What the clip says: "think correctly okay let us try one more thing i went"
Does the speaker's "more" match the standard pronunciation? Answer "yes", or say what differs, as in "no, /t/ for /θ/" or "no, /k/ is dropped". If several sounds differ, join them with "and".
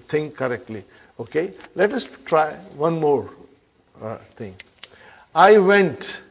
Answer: yes